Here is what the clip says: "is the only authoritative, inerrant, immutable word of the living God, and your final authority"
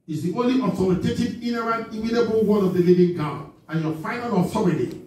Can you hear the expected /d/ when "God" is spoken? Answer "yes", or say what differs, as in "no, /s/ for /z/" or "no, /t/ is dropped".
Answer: no, /d/ is dropped